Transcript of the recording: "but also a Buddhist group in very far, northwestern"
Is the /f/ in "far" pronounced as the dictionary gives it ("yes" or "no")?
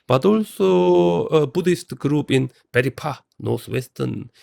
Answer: no